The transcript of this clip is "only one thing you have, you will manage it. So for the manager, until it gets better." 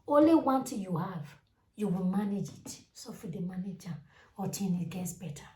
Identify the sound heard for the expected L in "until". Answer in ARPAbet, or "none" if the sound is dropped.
N